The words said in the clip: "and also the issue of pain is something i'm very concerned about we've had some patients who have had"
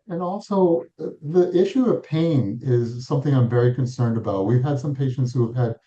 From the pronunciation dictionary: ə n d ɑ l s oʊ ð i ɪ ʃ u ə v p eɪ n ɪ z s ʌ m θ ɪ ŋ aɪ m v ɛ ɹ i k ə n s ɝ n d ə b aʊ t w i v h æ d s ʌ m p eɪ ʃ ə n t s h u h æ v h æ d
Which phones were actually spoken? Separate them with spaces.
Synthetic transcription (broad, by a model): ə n ɑ l s oʊ ð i ɪ ʃ u ə v p eɪ n ɪ z s ʌ m θ ɪ ŋ aɪ m v ɛ ɹ i k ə n s ɝ n d ə b aʊ t w i v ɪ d s ʌ m p eɪ ʃ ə n t s h u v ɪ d